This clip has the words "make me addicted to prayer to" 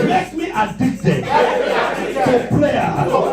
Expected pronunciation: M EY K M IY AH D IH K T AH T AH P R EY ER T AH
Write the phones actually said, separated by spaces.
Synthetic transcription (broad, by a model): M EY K M IY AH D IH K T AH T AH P L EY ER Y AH